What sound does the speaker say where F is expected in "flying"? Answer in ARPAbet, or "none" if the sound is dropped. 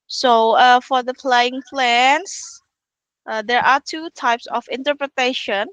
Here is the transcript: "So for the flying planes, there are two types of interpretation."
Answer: P